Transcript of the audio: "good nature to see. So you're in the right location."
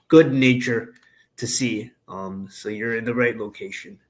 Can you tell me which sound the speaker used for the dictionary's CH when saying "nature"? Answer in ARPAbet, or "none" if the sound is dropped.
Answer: CH